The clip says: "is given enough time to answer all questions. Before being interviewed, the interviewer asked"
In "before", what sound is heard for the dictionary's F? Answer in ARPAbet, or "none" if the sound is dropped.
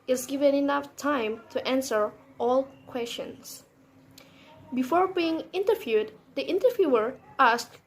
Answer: F